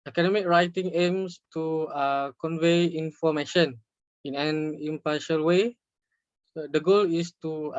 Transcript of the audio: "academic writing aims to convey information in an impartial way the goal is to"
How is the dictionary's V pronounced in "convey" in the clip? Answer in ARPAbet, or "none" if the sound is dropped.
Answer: V